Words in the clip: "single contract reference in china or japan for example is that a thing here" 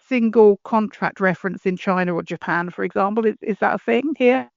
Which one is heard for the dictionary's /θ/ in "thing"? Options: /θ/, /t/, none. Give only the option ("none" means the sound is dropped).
/θ/